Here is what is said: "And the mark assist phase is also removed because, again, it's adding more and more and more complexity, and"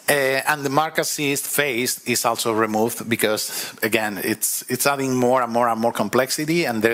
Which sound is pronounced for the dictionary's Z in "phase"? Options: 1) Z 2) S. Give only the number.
2